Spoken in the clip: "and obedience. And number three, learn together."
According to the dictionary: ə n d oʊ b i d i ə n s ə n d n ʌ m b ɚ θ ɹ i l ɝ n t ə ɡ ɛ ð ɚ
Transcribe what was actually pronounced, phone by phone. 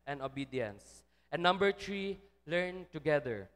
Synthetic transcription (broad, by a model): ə n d oʊ b i d i ə n s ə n n ʌ m b ɚ t ɹ i l ɝ n t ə ɡ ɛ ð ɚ